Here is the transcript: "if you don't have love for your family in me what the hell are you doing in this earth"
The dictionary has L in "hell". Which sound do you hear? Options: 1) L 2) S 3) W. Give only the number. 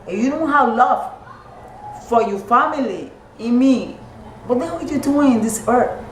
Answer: 3